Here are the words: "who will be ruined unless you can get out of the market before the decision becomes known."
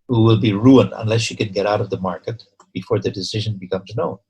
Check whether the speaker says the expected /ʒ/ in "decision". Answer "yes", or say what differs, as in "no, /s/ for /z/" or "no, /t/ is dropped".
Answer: yes